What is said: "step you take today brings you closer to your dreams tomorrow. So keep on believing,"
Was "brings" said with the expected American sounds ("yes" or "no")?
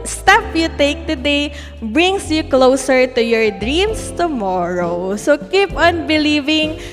no